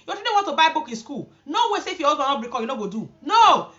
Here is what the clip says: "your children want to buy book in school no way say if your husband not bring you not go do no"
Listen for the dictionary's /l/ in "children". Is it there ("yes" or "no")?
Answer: no